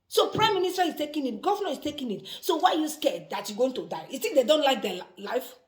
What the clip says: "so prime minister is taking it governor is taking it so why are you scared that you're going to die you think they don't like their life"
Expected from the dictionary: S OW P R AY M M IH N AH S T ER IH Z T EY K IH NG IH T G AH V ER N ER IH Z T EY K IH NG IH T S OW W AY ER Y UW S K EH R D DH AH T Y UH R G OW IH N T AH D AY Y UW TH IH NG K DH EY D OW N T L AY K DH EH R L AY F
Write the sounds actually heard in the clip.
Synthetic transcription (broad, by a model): S OW P R AY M M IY N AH S T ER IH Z T EY K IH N IH T G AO V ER N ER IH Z T EY K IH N IH T S OW W AY Y UW S K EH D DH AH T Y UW G OW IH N T AH D AY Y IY S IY K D EY D OW N T L AY K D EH L AY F